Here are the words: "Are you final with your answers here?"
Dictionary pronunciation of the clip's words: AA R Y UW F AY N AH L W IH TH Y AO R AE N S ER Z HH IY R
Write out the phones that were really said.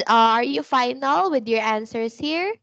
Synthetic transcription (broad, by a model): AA R Y UW F AY N AH L W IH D Y AO R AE N S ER S HH IY R